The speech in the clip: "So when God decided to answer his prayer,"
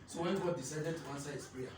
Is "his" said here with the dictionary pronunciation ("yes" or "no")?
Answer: no